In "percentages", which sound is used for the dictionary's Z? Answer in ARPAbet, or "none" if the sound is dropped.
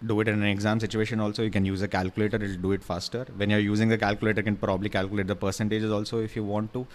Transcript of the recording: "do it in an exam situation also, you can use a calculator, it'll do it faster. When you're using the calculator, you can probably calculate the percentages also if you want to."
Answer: Z